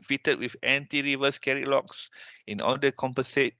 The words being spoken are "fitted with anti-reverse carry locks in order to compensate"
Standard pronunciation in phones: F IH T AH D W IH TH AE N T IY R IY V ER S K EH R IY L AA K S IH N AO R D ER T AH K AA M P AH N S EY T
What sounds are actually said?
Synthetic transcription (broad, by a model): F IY T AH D W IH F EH N T IY R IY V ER S K EH R IY L AA K S IH N AO L D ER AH K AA M P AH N S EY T